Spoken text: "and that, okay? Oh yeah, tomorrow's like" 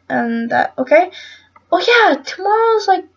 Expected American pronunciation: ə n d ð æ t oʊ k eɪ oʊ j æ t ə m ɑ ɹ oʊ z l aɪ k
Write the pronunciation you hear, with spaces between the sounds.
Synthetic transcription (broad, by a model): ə n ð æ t oʊ k eɪ oʊ j æ t ə m ɑ ɹ oʊ z l aɪ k